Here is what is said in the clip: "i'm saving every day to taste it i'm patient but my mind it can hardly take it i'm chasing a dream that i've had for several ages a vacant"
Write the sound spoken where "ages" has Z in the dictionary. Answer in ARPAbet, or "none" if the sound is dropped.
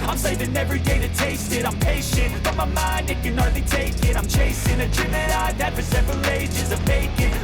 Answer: Z